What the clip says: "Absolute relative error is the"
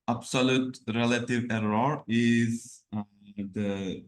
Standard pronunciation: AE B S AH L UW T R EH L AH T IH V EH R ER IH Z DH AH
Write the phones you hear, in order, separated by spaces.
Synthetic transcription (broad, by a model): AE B S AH L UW T R EH L AH T IH V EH R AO IH Z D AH